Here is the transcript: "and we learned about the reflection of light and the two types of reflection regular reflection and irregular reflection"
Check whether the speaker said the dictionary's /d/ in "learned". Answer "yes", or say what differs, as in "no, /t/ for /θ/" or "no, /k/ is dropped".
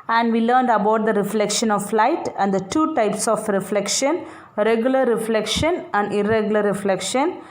yes